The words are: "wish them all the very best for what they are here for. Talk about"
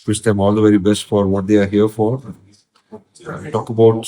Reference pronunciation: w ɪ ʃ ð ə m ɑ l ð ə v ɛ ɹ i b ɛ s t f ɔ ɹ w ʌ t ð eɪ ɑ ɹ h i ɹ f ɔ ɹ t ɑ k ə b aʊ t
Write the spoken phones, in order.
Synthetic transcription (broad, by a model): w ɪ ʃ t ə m ɑ l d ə v ɛ ɹ i b ɛ s t f ɔ ɹ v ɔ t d eɪ ɑ ɹ h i ɹ f ɔ ɹ t ɑ k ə b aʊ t